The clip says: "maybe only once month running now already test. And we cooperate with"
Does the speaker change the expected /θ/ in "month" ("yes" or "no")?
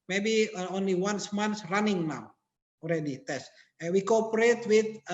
yes